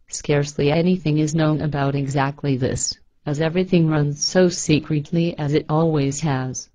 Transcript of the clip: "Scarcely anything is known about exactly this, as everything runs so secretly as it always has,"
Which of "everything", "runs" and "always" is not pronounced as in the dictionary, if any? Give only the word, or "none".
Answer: none